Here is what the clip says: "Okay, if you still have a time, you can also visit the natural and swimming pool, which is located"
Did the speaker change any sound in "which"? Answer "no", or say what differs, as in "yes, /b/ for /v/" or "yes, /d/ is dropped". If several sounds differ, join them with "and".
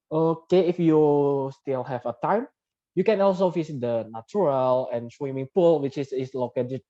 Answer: yes, /s/ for /tʃ/